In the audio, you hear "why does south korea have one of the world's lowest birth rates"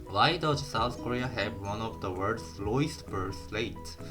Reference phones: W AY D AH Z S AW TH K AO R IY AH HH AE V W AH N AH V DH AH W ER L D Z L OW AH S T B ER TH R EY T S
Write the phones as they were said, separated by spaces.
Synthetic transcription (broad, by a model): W AY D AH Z S AW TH K AO R IY AH HH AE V W AH N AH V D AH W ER D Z L OW AH S T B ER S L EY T